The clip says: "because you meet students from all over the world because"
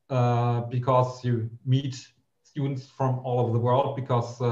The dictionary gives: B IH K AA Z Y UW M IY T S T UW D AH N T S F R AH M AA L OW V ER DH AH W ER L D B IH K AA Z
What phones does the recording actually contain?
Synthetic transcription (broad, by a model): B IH K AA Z Y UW M IY T S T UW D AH N T S F R AH M AA L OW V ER DH AH W ER L D B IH K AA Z